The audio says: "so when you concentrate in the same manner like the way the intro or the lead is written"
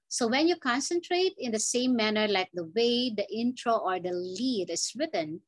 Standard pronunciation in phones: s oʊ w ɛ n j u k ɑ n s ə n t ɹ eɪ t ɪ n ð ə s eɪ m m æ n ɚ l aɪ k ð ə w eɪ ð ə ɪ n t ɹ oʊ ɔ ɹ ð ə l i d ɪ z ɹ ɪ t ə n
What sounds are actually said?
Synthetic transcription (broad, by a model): s oʊ w ɛ n j u k ɑ n s ə n t ɹ eɪ t ɪ n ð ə s eɪ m m æ n ɚ l aɪ k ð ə w eɪ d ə ɪ n t ɹ oʊ ɔ ɹ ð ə l i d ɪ s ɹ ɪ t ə n